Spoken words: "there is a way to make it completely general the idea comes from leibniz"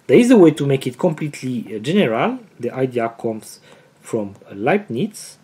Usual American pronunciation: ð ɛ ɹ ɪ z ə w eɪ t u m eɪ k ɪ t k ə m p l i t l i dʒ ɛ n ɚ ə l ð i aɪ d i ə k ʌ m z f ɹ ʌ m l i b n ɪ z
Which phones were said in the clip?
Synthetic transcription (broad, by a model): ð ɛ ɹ ɪ z ə w eɪ t u m eɪ k ɪ t k ə m p l i t l i dʒ ɛ n ɚ ə l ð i aɪ d i ə k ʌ m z f ɹ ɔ m l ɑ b n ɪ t